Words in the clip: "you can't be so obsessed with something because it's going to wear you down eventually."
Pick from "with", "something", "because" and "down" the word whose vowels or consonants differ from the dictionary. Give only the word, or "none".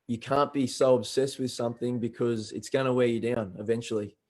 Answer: none